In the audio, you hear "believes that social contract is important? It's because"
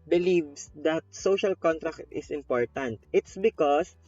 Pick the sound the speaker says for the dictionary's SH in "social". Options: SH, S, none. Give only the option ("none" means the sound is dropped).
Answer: SH